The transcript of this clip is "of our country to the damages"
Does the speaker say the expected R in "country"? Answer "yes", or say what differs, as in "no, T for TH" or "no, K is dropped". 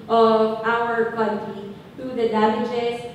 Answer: no, R is dropped